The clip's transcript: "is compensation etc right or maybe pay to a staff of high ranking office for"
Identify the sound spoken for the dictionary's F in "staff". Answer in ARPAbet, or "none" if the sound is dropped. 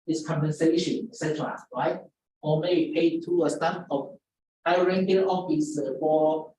P